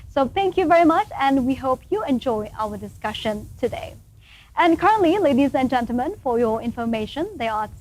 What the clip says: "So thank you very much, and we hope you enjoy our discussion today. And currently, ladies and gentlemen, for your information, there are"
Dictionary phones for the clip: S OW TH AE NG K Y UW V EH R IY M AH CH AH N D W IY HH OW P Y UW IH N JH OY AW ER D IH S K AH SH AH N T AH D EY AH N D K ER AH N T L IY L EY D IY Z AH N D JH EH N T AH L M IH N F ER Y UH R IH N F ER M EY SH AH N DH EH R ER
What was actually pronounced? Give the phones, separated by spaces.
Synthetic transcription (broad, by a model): S OW TH AE NG K Y UW V EH R IY M AH CH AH N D W IY HH OW P Y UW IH N JH OY AW ER D IH S K AH SH AH N T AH D EY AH N K ER AH N T L IY L EY D IY Z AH N JH EH N T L M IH N F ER Y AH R IH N F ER M EY SH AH N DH EH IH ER